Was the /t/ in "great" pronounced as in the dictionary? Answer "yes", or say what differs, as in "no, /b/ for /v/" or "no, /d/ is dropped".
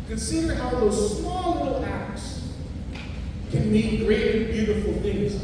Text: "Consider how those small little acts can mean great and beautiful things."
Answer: no, /t/ is dropped